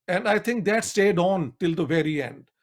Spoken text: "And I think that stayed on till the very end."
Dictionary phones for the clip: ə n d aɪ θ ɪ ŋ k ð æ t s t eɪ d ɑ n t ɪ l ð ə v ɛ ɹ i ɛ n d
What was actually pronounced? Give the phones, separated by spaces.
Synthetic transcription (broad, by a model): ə n d aɪ t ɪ ŋ k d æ t s t eɪ d ɑ n t ɪ l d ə v ɛ ɹ i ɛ n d